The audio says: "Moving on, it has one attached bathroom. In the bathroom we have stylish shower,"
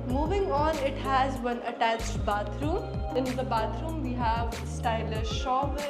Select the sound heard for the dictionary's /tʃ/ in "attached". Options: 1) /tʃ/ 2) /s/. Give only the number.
1